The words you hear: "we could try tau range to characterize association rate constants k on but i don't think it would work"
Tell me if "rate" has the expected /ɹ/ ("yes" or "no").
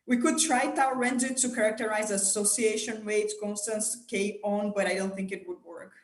no